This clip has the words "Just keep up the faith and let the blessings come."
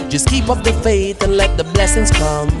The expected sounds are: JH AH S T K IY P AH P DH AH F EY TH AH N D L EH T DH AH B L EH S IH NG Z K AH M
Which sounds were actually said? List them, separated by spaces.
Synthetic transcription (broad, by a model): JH AH S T K IY P AH P DH AH F EY TH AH N L EH T DH AH B L EH S IH NG Z K AH M